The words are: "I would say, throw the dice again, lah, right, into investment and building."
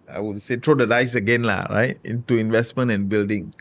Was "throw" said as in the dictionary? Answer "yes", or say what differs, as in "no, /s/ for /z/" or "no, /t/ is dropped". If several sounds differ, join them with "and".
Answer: no, /t/ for /θ/